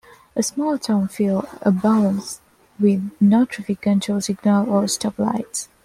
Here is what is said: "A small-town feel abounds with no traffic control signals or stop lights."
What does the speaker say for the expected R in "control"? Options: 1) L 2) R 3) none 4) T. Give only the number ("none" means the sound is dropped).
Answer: 3